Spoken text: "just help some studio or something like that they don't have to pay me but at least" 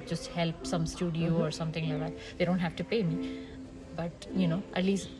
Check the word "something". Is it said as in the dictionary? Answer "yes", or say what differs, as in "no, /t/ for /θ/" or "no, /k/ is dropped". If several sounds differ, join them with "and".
no, /t/ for /θ/